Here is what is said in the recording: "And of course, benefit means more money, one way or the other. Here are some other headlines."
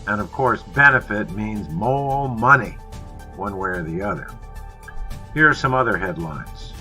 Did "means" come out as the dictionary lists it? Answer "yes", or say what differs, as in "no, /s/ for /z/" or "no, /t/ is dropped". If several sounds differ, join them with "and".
yes